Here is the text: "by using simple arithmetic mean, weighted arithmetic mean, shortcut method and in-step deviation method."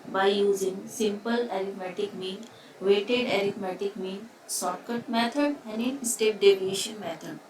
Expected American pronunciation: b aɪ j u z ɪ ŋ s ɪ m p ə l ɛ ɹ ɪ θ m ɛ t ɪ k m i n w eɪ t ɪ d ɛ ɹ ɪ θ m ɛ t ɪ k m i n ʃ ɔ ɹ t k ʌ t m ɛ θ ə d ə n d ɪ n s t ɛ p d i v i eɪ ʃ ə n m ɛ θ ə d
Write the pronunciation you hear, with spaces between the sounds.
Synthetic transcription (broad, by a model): b aɪ j u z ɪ ŋ s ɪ m p ə l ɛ ɹ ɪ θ m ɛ t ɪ k m i n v eɪ t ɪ d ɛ ɹ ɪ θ m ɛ t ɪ k m i n s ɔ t k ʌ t m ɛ t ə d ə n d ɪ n s t ɛ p d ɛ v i eɪ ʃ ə n m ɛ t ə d